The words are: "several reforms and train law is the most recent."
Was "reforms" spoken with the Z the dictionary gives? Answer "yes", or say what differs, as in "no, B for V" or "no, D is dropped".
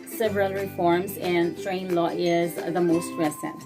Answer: yes